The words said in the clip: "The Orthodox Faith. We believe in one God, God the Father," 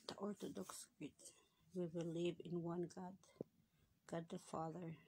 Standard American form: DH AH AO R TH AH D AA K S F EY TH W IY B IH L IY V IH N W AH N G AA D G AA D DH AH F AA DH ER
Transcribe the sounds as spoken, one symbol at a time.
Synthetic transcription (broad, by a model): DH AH AO R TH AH D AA K S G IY T W IY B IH L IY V IH N W AH N G AA D G AA D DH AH F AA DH ER